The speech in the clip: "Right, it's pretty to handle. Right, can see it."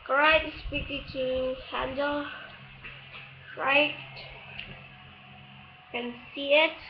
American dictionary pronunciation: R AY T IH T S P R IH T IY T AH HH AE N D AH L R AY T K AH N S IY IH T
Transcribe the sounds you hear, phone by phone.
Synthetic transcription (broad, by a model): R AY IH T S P IH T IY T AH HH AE N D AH L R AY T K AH N S IY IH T